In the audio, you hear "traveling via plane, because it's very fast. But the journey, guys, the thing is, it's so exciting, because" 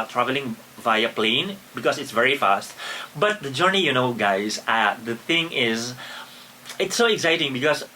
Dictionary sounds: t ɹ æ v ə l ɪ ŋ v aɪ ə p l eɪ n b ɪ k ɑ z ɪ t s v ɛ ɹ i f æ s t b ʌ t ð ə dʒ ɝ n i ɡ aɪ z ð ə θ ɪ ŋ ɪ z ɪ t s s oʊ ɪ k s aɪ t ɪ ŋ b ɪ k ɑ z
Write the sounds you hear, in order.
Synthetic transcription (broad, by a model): t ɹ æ v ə l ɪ ŋ v aɪ ə p l eɪ n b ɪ k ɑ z ɪ t s v ɛ ɹ i f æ s t b ʌ t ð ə dʒ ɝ n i ɡ aɪ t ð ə θ ɪ ŋ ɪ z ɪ t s s oʊ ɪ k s aɪ t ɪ ŋ b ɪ k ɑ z